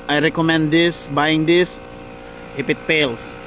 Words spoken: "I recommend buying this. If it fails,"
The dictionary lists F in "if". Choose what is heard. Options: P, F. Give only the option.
P